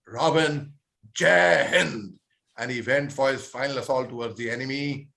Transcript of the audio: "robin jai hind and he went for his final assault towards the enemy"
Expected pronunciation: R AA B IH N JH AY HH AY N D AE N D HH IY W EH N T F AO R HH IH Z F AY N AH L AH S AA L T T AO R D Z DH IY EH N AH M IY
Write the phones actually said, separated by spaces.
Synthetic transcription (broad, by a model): R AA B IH N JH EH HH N AE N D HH IY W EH N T F AO R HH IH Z F AY N AH L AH S AA L T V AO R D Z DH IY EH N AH M IY